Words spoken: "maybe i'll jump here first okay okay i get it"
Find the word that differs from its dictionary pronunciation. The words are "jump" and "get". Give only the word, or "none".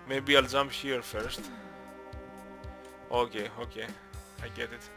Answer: jump